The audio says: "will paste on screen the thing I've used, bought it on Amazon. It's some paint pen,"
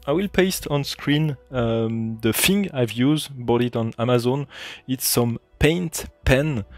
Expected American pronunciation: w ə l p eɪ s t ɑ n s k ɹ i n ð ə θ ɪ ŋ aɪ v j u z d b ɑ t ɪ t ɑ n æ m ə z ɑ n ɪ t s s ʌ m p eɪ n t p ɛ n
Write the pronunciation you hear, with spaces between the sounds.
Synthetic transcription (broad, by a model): w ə l p eɪ s t ɑ n s k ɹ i n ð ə f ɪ ŋ aɪ v j u z d b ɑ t ɪ t ɑ n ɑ m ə z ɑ n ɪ t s s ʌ m p eɪ n t p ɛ n